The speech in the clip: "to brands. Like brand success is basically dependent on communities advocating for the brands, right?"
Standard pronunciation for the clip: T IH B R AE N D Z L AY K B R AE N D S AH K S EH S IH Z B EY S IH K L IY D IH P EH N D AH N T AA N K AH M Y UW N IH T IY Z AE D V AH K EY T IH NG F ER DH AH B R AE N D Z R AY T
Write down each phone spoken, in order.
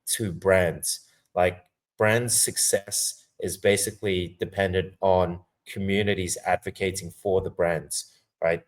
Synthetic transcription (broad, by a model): T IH B R AE N D Z L AY K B R AE N D S AH K S EH S IH Z B EY S IH K L IY D IH P EH N D AH N T N K AH M Y UW N IH T IY Z AE D V AH K EY T IH NG F ER DH AH B R AE N D Z R AY T